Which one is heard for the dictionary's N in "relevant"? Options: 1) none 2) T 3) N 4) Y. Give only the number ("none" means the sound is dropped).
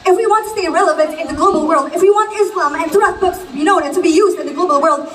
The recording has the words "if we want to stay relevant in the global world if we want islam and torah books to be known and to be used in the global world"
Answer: 3